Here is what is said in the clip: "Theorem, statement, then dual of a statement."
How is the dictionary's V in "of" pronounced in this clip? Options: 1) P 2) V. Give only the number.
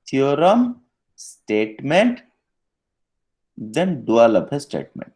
1